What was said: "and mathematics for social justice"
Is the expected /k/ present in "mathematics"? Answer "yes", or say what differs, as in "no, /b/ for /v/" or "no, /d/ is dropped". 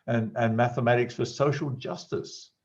yes